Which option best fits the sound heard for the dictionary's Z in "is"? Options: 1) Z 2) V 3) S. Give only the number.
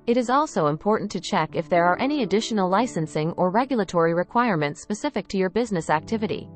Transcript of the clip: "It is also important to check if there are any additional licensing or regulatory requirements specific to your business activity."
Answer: 1